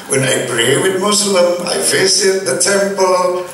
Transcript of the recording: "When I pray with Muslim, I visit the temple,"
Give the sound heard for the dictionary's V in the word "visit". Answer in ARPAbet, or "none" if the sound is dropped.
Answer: F